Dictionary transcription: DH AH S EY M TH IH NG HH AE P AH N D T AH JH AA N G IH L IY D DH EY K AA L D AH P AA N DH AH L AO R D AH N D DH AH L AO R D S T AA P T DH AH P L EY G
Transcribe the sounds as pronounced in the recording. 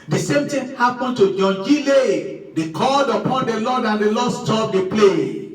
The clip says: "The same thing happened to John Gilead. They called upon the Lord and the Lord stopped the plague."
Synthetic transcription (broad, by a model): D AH S EY M T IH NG HH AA P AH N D T AH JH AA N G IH L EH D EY K AA L D AH P AA N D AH L AO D AH N D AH L AO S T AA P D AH P L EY